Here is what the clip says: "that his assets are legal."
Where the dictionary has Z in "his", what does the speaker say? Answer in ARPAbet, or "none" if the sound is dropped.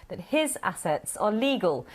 Z